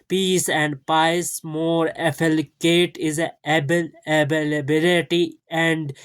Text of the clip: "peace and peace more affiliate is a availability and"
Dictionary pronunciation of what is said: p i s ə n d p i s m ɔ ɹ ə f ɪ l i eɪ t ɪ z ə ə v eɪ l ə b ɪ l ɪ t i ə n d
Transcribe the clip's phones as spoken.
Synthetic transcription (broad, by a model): p i s ə n d p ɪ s m ɔ ɹ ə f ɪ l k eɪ t ɪ z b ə b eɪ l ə b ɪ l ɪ t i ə n d